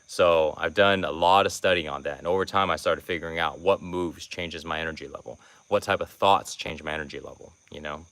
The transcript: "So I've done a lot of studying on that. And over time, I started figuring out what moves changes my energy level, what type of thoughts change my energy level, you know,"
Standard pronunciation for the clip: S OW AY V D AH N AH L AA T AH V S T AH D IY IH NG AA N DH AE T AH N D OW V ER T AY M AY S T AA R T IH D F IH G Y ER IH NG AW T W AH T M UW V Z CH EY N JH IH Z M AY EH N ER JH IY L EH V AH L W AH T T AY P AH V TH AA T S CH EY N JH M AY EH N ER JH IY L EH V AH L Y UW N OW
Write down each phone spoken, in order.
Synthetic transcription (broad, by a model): S OW AY V D AH N AH L AA T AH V S T AH D IY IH N DH AE T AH N OW V ER T AY M AY S T AA R T IH D F IH G Y ER IH NG AW T W AH T M UW V Z CH EY N JH IH Z M AY EH N ER JH IY L EH V L W AH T T AY P AH V TH AA T S CH EY N JH M AY EH N ER JH IY L EH V L Y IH N OW